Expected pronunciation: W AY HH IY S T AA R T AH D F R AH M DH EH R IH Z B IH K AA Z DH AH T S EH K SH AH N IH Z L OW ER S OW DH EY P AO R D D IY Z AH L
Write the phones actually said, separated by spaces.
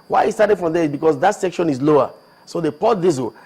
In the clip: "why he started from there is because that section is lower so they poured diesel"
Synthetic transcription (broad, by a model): W AY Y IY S T AA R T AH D F R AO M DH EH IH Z B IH K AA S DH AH T S EH K SH AH N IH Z L OW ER S OW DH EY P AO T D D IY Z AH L